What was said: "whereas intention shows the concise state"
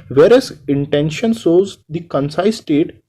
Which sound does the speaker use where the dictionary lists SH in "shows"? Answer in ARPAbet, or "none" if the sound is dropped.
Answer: S